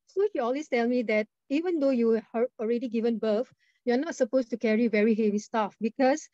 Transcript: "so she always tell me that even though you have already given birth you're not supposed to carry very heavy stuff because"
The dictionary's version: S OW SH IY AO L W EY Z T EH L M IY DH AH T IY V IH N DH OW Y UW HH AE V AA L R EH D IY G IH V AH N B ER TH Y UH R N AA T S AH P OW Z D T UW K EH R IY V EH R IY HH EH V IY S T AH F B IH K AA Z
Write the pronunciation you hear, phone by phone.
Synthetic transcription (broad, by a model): S OW SH IY AO L W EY S T EH L M IY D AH T IY V IH N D OW Y UW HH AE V AA L R EH D IY G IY V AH N B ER F Y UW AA N AA T S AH P OW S T UW K EH R IY V EH R IY HH EH V IY S T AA F B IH K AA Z